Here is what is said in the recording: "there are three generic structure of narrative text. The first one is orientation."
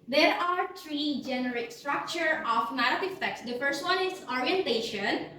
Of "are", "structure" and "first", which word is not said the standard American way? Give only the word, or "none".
none